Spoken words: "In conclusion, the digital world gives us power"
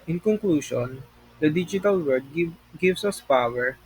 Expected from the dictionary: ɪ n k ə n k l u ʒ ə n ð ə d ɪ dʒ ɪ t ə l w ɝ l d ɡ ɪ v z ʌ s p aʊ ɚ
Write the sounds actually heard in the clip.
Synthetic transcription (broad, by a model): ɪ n k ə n k l u ʃ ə n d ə d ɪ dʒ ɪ t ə l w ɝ d ɡ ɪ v s ʌ s p aʊ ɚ